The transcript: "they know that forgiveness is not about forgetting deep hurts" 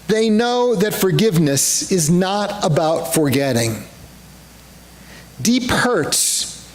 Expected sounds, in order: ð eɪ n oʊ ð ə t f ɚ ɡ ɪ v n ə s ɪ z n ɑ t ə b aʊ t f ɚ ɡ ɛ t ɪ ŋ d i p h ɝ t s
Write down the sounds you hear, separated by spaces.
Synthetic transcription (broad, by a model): ð eɪ n oʊ ð ə t f ɚ ɡ ɪ v n ə s ɪ z n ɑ t ə b aʊ t f ɚ ɡ ɛ t ɪ ŋ d i p h ɝ t s